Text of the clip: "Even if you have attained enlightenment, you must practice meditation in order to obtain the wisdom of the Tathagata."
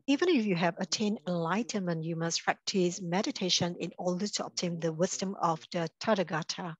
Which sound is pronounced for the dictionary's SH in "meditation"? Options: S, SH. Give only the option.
SH